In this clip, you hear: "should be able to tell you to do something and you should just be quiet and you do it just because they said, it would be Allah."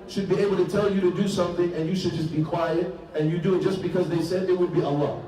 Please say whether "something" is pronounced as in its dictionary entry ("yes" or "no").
yes